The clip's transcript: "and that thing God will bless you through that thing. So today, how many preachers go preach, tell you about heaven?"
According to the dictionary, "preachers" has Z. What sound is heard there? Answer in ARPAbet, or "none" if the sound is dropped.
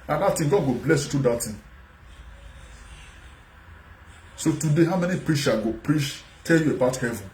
none